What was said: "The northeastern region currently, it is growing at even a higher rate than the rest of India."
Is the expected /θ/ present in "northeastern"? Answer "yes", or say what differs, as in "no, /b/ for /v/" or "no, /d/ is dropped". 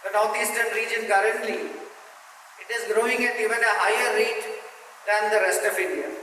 no, /t/ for /θ/